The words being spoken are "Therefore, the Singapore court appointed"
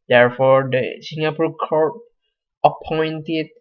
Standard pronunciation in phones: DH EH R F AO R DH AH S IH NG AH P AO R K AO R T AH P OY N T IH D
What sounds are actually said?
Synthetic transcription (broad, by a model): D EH R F AO R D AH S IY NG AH P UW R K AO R AH P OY N T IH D